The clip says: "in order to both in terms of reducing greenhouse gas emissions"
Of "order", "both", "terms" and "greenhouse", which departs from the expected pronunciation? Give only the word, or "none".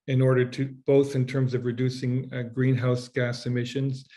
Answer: none